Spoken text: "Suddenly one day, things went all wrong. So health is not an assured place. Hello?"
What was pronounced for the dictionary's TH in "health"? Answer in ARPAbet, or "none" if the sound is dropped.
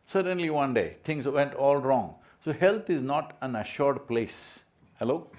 T